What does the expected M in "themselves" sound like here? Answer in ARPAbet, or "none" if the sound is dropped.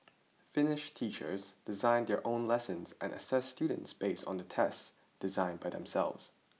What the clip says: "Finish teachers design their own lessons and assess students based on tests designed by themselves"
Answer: M